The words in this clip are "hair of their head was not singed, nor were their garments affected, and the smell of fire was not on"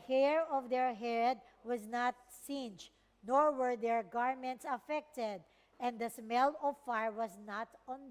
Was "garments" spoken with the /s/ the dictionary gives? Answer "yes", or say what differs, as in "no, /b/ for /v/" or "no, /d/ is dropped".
yes